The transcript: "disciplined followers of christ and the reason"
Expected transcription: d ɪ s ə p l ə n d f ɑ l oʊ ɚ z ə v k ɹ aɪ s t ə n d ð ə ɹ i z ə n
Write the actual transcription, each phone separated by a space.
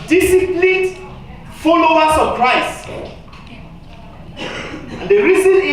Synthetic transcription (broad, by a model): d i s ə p l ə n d f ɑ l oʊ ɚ s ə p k ɹ aɪ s ə n d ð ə ɹ i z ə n